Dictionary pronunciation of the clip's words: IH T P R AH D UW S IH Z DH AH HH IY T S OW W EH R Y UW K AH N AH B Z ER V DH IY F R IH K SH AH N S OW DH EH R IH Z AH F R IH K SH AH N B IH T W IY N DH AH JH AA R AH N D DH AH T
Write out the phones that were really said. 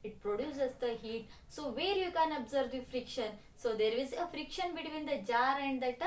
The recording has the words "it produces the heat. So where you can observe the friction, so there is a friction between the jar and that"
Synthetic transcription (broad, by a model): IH T P R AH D UW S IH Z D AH HH IY T S OW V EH R Y UW K AH N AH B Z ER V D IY F R IH K SH AH N S OW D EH R IH Z AH F R IH K SH AH N B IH T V IY N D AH JH AA R AH N D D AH T